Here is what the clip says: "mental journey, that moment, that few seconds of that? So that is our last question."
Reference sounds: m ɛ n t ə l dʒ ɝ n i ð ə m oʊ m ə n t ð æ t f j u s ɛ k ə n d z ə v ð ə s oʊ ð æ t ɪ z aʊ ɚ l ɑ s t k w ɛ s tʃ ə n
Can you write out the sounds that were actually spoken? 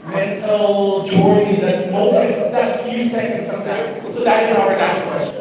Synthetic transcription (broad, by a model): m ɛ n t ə l dʒ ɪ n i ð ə m oʊ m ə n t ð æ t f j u s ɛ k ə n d s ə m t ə s oʊ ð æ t ɪ z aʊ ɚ l ɑ s t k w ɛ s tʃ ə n